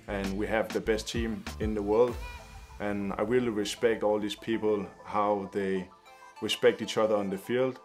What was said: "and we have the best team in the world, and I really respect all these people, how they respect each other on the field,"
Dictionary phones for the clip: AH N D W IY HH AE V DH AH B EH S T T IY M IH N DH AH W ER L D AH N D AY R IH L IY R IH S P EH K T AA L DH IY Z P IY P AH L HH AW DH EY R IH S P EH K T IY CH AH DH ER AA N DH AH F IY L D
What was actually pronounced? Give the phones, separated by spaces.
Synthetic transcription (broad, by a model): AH N W IY HH AE V DH AH B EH S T T IY M IH N DH AH W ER L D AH N AY W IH L R IH S P EH K T AA L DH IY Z P IY P AH L HH AW DH EY R IH S P EH K T IY CH AH DH ER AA N DH AH F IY L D